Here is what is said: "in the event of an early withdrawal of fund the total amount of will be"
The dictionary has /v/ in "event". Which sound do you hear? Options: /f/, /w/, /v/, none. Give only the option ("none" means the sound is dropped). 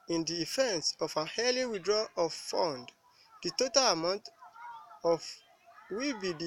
/f/